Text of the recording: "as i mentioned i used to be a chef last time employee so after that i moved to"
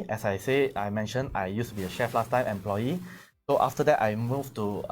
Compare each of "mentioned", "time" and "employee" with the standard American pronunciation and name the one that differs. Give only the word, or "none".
mentioned